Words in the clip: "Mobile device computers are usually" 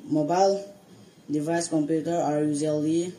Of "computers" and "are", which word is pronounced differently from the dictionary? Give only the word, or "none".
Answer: computers